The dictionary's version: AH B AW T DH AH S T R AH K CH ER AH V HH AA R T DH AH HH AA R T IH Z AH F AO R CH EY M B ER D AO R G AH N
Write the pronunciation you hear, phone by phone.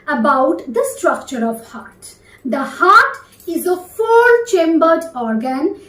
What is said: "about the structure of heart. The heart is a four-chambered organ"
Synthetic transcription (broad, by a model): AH B AW T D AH S T R AH K CH ER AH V HH AA R T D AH HH AA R T IH Z AH F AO L CH EY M B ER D AO R G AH N